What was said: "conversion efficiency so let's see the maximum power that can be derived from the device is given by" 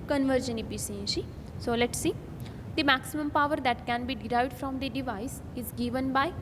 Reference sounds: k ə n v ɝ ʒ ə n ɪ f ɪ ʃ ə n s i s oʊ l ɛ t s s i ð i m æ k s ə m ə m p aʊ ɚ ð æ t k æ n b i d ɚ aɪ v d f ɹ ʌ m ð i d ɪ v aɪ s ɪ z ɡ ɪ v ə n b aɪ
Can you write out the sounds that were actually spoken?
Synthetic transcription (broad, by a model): k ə n v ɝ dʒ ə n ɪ p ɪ s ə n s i s oʊ l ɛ t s s i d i m æ k s ə m ə m p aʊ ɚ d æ t k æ n b i d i aɪ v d f ɹ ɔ m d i d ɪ v aɪ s ɪ z ɡ ɪ v ə n b aɪ